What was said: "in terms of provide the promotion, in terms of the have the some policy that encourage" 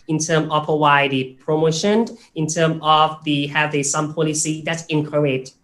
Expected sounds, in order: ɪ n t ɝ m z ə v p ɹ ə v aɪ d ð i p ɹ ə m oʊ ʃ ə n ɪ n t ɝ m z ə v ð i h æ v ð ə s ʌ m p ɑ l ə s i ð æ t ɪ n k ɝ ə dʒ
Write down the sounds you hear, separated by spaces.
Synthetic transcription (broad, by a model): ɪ n t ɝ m ə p ə w aɪ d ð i p ɹ ə m oʊ ʃ ə n ɪ n t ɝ m ə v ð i h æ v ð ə s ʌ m p ɑ l ə s i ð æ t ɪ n k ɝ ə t